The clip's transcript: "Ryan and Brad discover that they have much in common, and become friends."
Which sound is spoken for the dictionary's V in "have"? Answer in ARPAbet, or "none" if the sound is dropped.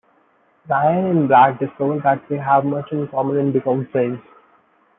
V